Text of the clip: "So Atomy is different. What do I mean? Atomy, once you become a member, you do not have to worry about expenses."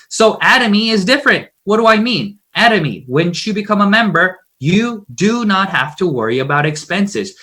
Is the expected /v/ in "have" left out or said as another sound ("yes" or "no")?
yes